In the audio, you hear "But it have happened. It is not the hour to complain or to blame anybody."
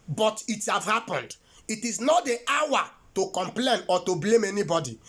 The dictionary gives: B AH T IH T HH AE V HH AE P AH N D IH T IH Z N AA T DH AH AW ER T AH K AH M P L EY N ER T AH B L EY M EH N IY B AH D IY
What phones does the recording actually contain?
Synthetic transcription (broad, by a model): B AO T IH T HH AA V HH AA P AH N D IH T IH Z N AA T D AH AW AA T AH K AH M P L EY N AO T AH B L EY M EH N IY B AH D IY